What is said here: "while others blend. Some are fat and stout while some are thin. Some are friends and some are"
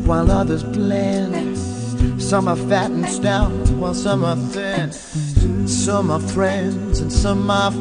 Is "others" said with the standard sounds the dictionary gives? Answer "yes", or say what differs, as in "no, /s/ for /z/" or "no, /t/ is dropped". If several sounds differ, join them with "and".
yes